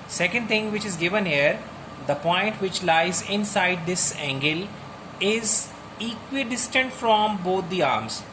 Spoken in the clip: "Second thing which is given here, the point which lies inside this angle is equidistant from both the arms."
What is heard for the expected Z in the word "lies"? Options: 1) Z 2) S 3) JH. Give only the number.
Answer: 1